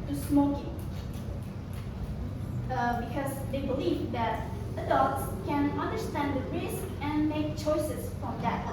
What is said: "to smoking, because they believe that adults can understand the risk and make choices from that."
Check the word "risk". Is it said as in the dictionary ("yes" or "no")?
yes